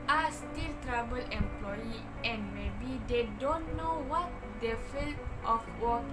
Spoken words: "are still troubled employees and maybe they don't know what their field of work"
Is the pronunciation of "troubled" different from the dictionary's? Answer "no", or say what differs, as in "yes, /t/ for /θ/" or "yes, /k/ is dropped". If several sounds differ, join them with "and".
yes, /d/ is dropped